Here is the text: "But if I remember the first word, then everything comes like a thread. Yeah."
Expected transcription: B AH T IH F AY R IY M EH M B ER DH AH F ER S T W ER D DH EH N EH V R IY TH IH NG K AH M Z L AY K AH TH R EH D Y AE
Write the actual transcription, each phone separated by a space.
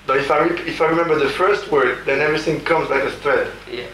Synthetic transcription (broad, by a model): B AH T IH F AY R IY M EH M B ER DH AH F ER S T W ER D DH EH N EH V R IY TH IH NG K AH M Z L AY K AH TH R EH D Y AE